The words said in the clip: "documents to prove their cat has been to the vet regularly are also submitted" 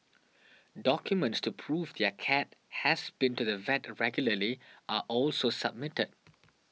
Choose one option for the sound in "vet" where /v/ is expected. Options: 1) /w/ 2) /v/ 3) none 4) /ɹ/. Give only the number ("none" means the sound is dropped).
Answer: 2